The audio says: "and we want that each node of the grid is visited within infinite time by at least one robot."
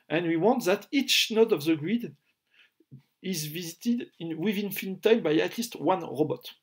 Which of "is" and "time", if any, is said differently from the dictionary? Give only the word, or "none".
none